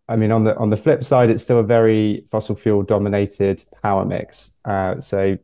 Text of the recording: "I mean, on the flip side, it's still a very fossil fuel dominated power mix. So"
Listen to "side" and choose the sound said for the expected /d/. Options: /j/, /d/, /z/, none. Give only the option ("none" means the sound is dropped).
/d/